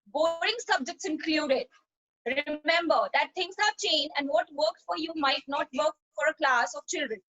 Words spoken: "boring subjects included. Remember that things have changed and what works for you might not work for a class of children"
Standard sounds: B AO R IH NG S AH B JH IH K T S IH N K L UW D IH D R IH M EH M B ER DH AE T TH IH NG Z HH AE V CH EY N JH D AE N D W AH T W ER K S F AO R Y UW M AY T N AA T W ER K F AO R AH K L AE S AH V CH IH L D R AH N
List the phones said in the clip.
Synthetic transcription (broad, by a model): B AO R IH NG S AH B JH IH K T S IH N K L UW D IH D R IH M EH M B ER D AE T T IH NG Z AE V CH EY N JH AE N D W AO T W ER K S F AO R Y UW M AY T N AA T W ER K F AO R AH K L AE S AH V CH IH L D R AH N